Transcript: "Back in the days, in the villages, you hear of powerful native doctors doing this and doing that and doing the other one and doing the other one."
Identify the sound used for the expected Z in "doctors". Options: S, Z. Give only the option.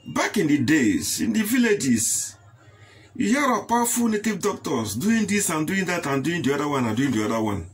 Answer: S